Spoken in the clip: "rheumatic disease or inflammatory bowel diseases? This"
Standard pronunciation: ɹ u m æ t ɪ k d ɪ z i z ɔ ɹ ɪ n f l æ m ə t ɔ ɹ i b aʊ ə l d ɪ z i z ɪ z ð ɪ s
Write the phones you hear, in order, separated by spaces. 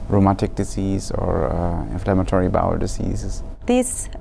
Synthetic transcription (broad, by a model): ɹ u m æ t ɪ k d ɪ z i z ɔ ɹ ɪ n f l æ m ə t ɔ ɹ i b aʊ ə l d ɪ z i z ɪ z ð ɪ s